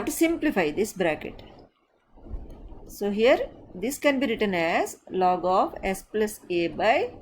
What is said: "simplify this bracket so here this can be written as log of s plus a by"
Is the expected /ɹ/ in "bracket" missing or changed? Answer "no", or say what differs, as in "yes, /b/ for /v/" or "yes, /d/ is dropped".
no